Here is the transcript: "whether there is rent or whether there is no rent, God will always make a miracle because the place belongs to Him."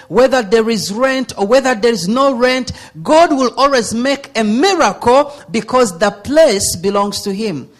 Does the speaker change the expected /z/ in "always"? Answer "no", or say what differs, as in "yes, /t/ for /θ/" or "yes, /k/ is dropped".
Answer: no